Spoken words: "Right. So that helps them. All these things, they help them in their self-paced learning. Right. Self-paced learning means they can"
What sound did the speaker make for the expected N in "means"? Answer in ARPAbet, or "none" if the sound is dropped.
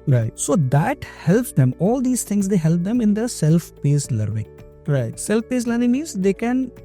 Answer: none